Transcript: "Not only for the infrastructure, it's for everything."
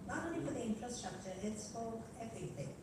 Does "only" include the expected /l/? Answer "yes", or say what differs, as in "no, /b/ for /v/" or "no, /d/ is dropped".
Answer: no, /l/ is dropped